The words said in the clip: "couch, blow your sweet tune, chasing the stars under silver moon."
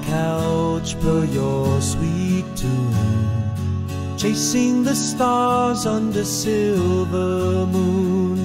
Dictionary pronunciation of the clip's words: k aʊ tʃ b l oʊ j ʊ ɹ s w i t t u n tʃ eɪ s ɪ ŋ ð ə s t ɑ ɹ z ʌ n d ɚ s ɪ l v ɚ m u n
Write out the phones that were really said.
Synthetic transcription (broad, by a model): k aʊ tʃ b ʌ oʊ j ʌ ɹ s w i t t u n tʃ eɪ s ɪ ŋ ð ə s t ɑ ɹ z ʌ n d ɚ s ɪ l v ɚ m u n